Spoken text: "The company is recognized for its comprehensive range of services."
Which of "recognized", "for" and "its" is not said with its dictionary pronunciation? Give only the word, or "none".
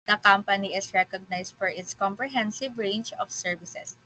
recognized